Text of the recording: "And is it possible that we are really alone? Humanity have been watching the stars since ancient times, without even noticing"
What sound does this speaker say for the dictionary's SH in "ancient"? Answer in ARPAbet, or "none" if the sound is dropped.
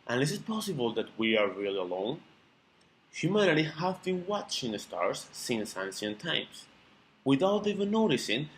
S